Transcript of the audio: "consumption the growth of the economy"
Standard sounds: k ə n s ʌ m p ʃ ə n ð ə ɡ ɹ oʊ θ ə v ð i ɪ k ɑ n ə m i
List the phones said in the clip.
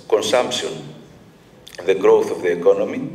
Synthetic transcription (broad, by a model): k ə n s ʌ m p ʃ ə n ð ə ɡ ɹ oʊ θ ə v ð i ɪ k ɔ n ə m i